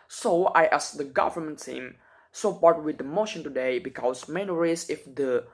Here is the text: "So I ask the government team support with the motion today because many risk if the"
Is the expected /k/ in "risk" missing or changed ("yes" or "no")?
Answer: yes